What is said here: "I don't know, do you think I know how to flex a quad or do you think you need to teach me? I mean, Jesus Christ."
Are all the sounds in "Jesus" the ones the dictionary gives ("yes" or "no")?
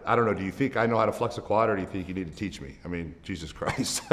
yes